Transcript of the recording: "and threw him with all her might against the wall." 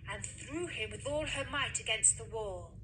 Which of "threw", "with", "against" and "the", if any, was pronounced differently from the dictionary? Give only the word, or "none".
none